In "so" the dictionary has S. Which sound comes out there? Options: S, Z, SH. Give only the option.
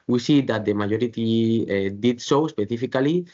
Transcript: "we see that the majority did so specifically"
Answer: SH